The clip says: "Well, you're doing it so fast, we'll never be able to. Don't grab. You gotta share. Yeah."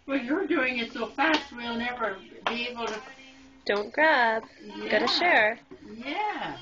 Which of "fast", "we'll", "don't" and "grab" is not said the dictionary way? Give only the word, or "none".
grab